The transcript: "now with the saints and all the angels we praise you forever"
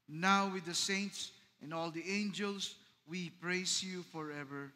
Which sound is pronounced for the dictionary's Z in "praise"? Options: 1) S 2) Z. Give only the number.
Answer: 1